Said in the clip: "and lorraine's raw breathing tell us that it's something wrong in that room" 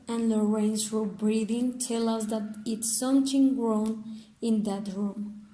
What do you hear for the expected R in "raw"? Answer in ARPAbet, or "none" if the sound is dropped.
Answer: W